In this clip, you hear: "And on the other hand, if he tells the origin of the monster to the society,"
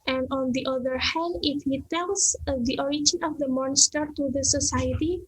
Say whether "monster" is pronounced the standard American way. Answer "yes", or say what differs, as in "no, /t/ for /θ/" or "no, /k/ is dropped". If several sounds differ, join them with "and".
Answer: yes